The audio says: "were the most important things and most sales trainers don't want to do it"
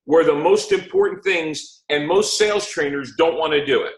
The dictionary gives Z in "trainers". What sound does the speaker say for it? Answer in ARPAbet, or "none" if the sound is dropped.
Z